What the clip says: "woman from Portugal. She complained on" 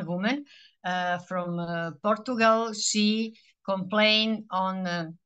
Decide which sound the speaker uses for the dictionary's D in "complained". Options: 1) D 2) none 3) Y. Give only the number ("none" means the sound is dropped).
2